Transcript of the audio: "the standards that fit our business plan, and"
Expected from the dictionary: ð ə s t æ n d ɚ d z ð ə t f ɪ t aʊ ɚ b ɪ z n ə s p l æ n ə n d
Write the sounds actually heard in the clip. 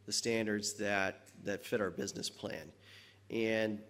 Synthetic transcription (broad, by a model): ð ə s t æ n d ɚ d z ð ə t f ɪ t aʊ ɚ b ɪ z n ə s p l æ n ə n